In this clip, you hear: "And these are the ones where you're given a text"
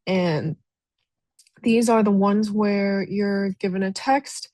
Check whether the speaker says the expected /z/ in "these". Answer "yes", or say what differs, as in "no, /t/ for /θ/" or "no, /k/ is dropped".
yes